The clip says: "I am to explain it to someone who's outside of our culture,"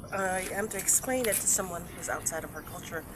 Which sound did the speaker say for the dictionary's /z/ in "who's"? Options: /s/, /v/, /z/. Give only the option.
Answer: /z/